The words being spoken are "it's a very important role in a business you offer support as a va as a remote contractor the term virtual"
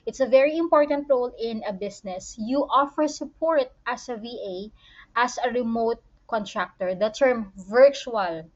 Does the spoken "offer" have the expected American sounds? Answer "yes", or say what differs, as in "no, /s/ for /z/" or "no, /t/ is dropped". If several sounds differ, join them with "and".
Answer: yes